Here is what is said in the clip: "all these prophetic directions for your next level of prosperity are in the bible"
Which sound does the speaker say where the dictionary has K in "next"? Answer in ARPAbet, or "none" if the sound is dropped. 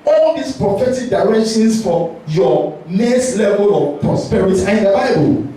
none